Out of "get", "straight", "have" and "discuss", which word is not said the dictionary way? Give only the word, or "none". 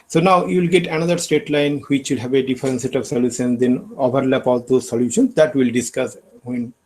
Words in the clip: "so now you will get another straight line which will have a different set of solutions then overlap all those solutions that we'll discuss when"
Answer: straight